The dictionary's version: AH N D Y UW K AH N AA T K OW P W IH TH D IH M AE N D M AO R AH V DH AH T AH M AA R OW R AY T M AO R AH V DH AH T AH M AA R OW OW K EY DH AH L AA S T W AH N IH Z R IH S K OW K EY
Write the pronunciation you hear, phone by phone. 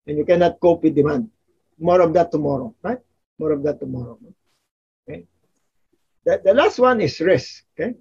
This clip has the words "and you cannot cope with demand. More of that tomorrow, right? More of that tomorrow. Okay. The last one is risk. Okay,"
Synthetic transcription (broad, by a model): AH N Y UW K AH N AA T K OW P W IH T D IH M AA N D M AO R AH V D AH T AH M AA R OW R AY T M AO R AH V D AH T AH M AA R OW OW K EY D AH L AA S T W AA N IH S R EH S OW K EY